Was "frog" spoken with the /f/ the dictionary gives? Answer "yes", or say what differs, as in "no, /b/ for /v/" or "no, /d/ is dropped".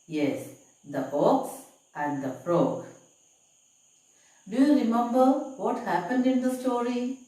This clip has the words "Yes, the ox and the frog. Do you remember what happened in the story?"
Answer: no, /p/ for /f/